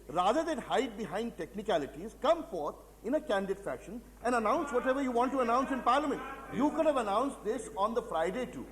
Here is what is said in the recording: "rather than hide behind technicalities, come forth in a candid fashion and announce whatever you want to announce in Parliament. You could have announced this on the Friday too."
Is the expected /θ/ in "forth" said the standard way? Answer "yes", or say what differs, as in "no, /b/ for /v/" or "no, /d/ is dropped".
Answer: no, /t/ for /θ/